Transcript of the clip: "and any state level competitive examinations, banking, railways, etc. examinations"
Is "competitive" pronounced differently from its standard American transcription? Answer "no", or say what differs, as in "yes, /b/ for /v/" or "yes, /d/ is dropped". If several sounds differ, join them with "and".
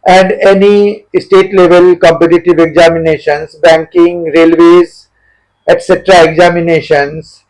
no